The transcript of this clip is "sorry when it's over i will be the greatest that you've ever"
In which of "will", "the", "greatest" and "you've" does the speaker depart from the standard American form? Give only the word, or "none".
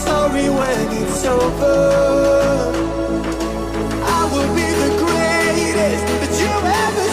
you've